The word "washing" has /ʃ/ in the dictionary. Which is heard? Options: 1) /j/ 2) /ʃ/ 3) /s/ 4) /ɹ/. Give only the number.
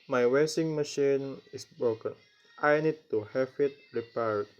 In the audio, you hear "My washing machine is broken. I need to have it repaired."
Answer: 3